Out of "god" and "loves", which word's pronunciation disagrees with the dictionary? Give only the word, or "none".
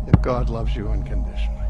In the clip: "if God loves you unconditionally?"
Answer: none